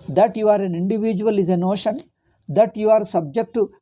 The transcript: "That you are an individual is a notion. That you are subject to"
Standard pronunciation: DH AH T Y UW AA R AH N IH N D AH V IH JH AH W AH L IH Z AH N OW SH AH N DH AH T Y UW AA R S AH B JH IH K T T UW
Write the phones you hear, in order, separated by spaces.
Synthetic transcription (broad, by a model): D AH T Y UW AA R AH N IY N D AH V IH JH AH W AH L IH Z AH N OW SH AH N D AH T Y UW AA R S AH B JH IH K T T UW